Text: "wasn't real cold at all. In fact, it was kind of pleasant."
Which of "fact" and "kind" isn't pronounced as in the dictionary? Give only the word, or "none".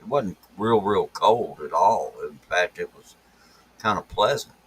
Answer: none